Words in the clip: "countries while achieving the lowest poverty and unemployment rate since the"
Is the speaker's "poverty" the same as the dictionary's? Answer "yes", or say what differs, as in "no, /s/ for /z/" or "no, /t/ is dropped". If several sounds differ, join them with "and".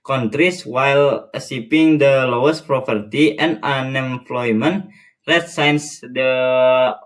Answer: no, /p/ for /v/